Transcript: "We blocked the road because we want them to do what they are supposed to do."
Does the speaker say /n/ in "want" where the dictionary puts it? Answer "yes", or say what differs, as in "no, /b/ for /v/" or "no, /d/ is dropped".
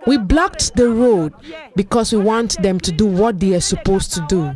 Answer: yes